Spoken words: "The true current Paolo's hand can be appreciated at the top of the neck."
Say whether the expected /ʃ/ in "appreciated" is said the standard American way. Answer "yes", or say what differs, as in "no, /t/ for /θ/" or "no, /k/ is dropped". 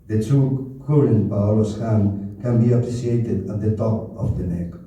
no, /s/ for /ʃ/